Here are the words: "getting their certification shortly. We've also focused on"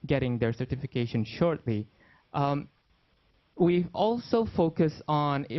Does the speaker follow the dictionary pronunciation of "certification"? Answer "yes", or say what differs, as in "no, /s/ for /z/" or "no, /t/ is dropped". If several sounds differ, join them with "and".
yes